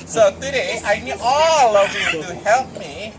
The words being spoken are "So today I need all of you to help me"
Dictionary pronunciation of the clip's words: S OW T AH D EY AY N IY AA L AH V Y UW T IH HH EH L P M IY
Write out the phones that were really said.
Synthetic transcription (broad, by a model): S OW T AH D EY AY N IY AA L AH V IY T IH HH EH L P M IY